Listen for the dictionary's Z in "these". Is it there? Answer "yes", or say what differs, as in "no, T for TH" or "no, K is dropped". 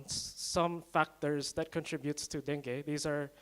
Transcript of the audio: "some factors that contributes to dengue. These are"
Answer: yes